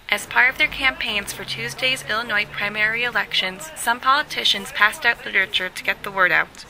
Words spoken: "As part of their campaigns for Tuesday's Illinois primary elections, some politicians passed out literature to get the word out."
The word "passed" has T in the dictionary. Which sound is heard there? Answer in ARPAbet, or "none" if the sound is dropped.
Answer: T